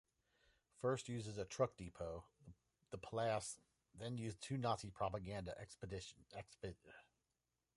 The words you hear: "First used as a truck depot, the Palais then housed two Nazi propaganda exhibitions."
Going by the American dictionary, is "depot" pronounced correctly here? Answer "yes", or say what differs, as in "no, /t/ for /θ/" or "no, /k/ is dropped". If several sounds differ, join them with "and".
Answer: yes